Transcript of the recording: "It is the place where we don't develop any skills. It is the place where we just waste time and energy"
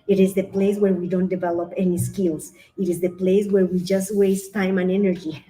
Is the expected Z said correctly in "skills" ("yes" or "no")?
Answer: no